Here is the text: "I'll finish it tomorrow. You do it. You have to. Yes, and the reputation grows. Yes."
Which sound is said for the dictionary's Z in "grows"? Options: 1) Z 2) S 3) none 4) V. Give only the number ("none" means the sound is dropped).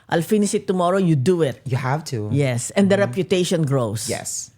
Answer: 2